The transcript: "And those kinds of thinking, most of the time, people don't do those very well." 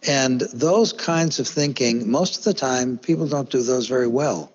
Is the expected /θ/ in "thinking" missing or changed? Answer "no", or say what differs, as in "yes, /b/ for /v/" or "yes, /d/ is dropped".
no